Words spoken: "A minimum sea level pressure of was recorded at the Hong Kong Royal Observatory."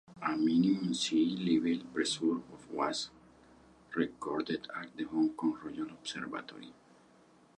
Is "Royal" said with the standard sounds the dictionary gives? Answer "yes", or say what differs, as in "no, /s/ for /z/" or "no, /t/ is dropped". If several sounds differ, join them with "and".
no, /n/ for /l/